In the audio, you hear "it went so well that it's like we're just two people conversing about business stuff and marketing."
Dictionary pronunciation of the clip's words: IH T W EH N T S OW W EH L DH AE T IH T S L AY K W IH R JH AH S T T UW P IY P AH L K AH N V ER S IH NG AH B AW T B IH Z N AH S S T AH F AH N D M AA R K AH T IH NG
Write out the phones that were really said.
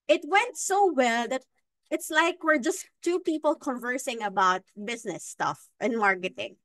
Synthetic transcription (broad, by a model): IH T W EH N T S OW W EH L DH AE T IH T S L AY K W IH R JH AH S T T UW P IY P AH L K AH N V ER S IH NG AH B AW T B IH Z N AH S S T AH F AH N M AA R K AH T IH NG